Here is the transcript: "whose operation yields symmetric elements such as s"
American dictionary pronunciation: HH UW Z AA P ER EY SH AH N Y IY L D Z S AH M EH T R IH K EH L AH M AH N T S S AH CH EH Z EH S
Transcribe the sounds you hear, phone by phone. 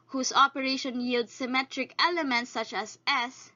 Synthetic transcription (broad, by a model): HH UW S AA P ER EY SH AH N Y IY L D S AH M EH T R IH K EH L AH M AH N T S S AH CH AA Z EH S